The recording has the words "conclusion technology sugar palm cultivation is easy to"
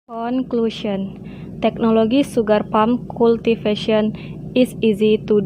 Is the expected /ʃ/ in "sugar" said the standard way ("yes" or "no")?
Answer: no